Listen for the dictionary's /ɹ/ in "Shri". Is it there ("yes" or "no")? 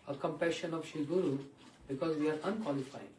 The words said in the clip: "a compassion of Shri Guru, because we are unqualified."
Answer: no